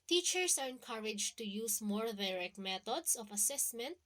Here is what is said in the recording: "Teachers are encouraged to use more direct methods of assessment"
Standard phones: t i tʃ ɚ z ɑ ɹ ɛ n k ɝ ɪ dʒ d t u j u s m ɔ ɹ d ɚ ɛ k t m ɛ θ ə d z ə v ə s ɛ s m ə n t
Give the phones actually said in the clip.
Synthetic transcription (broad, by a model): t i tʃ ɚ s ɑ ɹ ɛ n k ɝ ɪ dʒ t u j u s m ɔ ɹ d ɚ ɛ k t m ɛ t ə d s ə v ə s ɛ s m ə n t